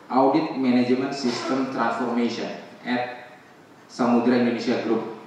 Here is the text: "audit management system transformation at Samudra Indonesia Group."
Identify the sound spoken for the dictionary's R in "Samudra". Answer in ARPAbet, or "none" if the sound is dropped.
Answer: R